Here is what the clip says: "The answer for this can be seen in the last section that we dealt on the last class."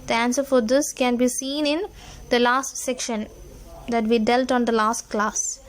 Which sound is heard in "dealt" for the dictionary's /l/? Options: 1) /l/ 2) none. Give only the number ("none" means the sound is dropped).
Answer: 1